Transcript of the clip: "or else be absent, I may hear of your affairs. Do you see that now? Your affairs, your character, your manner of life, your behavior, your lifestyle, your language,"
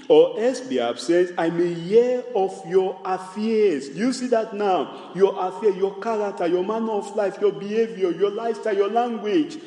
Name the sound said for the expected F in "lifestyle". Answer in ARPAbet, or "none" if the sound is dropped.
none